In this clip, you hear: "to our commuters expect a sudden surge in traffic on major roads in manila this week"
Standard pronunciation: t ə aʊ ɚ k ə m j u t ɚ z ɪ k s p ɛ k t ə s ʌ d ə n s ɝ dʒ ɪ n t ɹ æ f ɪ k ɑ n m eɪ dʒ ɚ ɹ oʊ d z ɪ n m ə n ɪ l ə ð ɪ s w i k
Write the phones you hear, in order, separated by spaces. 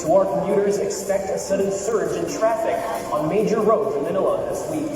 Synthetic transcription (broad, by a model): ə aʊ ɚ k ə m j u t ɚ z ɪ k s p ɛ k t ə s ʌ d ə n s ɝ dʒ ɪ n t ɹ æ f ɪ k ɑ n m eɪ dʒ ɚ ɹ oʊ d ɪ n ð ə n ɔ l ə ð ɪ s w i